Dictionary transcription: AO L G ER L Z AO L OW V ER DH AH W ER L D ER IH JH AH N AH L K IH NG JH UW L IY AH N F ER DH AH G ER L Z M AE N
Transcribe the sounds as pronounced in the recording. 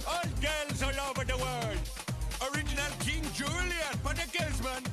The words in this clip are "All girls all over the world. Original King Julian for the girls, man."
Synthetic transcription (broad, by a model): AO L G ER L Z AO L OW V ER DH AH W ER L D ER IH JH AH N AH L K IH NG JH UW L IY AH N P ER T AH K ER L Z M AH N